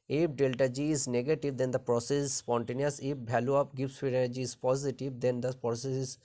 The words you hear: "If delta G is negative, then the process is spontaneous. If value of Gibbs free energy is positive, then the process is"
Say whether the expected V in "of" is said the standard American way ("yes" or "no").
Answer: no